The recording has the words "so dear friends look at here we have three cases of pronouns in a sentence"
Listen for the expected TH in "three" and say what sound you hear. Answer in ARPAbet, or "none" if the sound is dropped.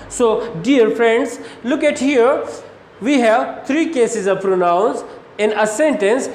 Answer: T